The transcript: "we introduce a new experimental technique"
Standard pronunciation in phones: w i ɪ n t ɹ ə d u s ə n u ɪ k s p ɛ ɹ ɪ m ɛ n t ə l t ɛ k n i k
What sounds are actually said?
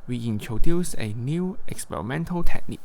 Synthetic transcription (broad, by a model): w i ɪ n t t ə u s ə n u ɪ k s p ɛ ɹ ɪ m ɛ n t ə l t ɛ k n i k